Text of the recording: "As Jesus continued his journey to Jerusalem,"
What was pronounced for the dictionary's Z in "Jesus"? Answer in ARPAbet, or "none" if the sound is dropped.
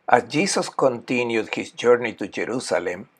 S